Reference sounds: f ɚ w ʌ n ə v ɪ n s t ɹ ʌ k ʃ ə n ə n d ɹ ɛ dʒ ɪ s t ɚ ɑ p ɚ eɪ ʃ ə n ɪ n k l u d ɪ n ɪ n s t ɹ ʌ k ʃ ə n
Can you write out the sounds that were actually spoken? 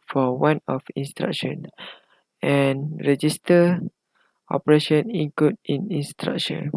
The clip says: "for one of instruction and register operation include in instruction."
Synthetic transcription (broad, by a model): f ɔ w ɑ n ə f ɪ n s t ɹ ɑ k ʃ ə n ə n ɹ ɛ dʒ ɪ s t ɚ ɑ p ɚ eɪ ʃ ə n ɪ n k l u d ɪ n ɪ n s t ɹ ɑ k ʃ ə n